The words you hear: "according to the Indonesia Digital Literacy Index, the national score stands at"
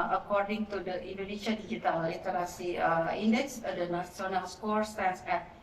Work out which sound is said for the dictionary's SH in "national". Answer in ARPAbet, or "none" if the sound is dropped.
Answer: S